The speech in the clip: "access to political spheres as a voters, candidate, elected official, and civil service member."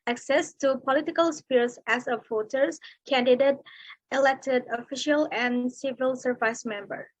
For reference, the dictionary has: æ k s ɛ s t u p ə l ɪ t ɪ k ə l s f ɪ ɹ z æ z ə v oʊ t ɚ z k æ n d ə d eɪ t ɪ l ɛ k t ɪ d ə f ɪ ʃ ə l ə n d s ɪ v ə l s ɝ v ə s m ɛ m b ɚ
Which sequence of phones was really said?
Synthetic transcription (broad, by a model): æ k s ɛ s t u p ə l ɪ t ɪ k ə l s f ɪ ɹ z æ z ə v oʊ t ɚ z k æ n d ə d eɪ t ɪ l ɛ k t ɪ d ə f ɪ ʃ ə l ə n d s ɪ v ə l s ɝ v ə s m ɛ m b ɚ